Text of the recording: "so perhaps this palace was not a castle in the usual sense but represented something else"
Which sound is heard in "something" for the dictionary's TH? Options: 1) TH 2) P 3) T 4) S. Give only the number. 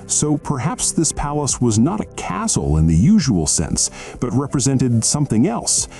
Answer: 1